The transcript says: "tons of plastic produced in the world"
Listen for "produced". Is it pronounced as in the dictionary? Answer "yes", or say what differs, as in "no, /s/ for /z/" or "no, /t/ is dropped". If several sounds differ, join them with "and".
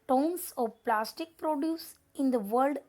no, /t/ is dropped